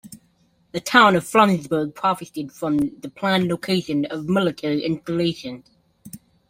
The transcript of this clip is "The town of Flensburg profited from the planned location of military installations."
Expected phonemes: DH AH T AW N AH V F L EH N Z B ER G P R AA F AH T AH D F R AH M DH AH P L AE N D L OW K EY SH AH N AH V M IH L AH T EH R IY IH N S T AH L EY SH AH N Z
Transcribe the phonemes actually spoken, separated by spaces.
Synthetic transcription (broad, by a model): DH AH T AW N AH V F L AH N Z B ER G P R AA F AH T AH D F R AH M DH AH P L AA N L OW K EY SH AH N AH V M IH L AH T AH IY IH N S T AH L EY SH AH N Z